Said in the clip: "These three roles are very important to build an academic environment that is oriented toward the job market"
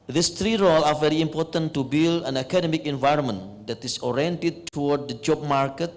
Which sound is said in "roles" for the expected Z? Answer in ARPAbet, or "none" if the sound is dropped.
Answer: none